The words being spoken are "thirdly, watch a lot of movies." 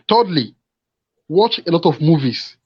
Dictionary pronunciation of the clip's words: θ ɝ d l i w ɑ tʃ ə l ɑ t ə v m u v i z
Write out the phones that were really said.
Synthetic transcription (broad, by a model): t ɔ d l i w ɑ tʃ ə l ɑ t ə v m u v i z